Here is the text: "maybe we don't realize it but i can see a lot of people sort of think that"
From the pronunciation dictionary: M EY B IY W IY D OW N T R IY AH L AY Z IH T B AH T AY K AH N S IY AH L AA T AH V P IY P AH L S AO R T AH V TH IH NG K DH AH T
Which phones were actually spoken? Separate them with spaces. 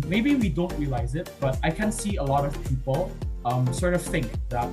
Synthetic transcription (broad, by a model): M EY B IY W IY D OW N T R IY AH L AY Z IH T B AH T AY K AH N S IY AH L AA T AH V P IY P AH L S AO R T AH V TH IH NG K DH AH T